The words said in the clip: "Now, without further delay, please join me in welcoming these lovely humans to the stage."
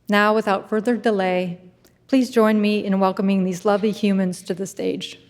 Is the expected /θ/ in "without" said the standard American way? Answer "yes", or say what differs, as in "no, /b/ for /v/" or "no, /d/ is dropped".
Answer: yes